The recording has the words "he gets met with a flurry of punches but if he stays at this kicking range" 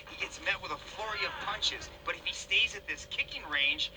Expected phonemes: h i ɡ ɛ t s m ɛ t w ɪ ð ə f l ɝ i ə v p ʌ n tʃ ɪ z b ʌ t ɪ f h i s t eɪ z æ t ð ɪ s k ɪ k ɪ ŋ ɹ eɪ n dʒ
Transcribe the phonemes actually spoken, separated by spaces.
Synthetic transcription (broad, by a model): h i ɡ ɛ t s m ɛ t w ɪ ð ə f l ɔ i ə v p ʌ n tʃ ɪ z b ʌ t ɪ f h i s t eɪ z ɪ t ð ɪ s k ɪ k ɪ ŋ ɹ eɪ n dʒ